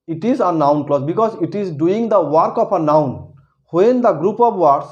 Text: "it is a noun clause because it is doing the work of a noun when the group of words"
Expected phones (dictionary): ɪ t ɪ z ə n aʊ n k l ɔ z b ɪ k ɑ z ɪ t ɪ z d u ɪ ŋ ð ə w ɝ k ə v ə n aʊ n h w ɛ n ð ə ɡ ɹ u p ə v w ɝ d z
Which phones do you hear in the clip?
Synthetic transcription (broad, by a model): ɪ t ɪ z ə n aʊ n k l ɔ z b ɪ k ɑ z ɪ t ɪ z d u ɪ ŋ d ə w ɝ k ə p ə n aʊ n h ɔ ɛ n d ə ɡ ɹ u p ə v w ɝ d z